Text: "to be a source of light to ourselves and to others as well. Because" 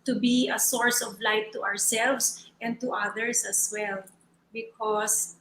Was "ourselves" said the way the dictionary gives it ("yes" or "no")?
no